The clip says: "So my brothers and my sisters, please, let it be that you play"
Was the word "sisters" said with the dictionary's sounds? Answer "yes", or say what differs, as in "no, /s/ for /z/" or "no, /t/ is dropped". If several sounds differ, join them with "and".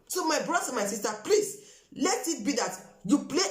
no, /z/ is dropped